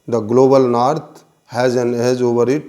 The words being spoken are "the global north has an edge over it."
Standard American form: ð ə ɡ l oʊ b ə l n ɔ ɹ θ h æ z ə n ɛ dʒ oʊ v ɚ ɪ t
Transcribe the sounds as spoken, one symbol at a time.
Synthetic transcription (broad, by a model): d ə ɡ l oʊ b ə l n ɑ ɹ t h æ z ə n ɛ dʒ oʊ v ɚ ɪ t